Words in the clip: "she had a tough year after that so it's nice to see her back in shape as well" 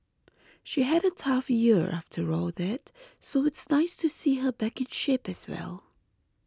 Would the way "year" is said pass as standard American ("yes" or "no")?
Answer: yes